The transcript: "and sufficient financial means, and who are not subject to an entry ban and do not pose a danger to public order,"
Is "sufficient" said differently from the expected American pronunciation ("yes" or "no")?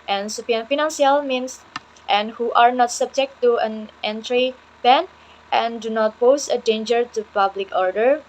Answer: yes